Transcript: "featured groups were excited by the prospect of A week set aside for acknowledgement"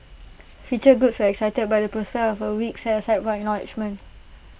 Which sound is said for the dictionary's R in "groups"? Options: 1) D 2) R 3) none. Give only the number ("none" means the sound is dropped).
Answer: 3